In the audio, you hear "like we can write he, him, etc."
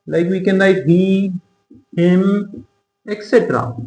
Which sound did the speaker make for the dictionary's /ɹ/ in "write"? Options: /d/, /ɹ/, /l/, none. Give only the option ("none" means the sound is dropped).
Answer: /l/